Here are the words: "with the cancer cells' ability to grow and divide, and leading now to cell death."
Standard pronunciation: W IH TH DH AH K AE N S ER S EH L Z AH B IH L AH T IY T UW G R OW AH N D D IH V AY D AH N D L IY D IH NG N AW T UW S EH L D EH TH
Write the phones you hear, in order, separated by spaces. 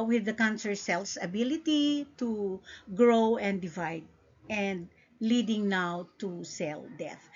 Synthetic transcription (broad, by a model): W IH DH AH K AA N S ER S EH L S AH B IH L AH T IY T UW G R OW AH N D D IH V AY D AH N D L IY D IH NG N AW T UW S EH L D EH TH